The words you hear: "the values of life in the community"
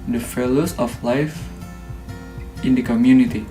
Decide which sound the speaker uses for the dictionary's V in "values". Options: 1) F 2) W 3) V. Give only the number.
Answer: 1